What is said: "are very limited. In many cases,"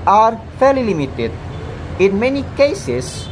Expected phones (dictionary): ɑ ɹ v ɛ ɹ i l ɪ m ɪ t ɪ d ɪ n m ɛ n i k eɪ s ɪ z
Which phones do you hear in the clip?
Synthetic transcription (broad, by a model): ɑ ɹ f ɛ l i l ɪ m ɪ t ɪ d ɪ n m ɛ n i k eɪ s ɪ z